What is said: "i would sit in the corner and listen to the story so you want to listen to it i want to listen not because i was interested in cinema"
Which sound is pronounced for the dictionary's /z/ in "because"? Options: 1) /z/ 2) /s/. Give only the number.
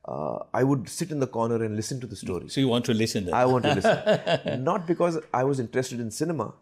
1